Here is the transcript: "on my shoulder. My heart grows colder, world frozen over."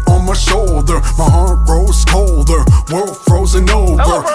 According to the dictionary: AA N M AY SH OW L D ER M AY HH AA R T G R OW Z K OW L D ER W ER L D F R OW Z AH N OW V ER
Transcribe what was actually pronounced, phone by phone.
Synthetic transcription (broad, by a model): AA N M AY SH OW L D ER M AY HH AA R T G R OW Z K OW L D ER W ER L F R OW Z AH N OW V ER